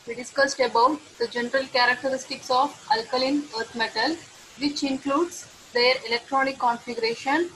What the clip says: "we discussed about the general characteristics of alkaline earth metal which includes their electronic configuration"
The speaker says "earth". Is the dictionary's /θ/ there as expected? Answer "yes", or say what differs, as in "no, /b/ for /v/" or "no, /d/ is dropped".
no, /t/ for /θ/